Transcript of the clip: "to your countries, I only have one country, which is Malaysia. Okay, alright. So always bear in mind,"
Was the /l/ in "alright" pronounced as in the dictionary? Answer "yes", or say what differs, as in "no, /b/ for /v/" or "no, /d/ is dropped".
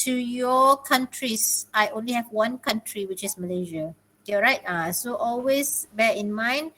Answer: no, /l/ is dropped